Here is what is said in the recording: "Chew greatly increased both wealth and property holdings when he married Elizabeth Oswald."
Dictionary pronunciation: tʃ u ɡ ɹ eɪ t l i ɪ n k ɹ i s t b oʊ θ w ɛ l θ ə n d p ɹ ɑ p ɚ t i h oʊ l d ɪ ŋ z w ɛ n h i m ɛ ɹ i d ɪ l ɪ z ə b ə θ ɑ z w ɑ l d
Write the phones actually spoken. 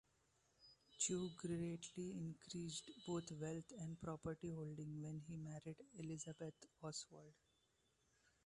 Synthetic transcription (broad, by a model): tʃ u ɡ ɹ eɪ t l i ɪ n k ɹ i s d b oʊ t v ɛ l t ə n d p ɹ ɑ p ɚ t i h oʊ l d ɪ ŋ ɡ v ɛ n h i m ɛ ɹ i d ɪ l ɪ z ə b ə t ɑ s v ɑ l d